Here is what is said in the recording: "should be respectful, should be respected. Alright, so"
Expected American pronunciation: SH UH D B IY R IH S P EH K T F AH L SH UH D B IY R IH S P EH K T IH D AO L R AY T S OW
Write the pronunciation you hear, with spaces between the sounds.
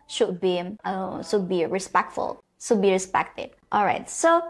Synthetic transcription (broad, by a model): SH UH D B IY R IH S P EH K T F AH L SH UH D B IY R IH S P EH K T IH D AO L R AY T S OW